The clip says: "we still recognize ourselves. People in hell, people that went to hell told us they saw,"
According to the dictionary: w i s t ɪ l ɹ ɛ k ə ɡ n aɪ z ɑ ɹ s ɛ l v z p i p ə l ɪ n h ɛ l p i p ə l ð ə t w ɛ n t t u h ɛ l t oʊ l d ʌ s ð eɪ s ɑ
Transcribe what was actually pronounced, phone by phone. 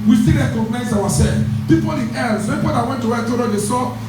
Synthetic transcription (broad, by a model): w i s t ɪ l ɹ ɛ k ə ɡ n aɪ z ɑ w s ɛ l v p i p ə l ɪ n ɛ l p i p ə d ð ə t w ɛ n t t u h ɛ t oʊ d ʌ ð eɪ s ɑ